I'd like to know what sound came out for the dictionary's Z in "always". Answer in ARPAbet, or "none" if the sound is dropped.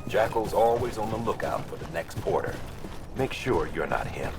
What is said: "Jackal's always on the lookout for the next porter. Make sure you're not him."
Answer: Z